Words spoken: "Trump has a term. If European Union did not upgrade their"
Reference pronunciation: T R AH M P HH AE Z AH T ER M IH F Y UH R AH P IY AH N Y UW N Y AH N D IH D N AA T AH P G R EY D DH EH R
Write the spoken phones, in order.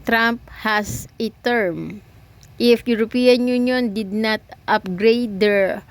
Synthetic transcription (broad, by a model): T R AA M P HH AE S AH T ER M IH F Y UH R AH P IY AH N Y UW N Y AH N D IH D N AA T AH P G R EY D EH R